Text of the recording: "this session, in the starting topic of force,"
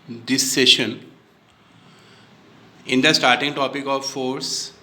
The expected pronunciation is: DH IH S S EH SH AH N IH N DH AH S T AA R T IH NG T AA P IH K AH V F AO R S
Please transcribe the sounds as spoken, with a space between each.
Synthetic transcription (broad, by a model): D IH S S EH SH AH N IH N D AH S T AA R T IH NG T AA P IH K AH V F AO R S